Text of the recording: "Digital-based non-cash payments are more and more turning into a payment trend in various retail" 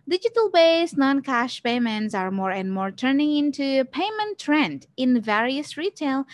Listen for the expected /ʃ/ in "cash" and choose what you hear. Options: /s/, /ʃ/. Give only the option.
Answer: /ʃ/